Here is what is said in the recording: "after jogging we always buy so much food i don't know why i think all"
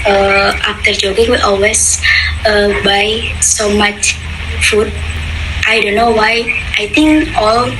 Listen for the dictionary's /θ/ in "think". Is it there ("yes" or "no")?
no